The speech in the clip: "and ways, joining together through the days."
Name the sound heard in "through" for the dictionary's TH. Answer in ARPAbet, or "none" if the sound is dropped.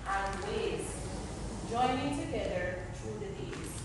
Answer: T